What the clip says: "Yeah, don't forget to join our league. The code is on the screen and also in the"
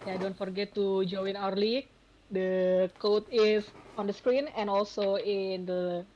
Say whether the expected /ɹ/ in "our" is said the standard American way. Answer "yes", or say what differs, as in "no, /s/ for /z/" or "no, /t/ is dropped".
yes